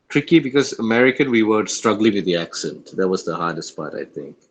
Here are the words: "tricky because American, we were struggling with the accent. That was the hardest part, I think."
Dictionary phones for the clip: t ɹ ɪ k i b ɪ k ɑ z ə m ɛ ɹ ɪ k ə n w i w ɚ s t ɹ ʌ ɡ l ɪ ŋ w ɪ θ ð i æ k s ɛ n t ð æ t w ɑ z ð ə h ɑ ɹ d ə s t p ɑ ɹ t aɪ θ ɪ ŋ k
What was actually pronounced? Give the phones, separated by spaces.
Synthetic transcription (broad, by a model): t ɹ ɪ k i b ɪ k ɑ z ə m ɛ ɹ ɪ k ə n w i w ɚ s t ɹ ʌ ɡ l ɪ ŋ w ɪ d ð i æ k s ɛ n t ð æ t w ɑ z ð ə h ɑ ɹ d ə s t p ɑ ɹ t aɪ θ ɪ ŋ k